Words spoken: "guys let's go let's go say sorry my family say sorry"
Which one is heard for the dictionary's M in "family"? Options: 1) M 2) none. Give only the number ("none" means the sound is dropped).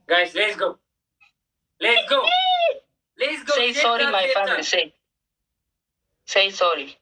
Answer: 2